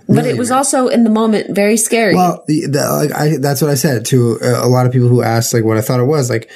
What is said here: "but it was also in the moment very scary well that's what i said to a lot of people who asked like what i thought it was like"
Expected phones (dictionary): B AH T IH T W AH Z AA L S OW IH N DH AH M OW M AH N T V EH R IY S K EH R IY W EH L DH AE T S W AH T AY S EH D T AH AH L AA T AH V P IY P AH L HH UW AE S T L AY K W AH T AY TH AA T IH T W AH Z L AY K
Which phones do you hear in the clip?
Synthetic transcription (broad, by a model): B AH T IH T W AH Z AA L S OW IH N DH AH M OW M AH N T V EH R IY S K EH R IY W EH L DH AE T S W AH T AY S EH D T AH AH L AA T AH V P IY P L HH UW AE S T L AY K W AH T AY TH AA T IH T W AH Z L AY K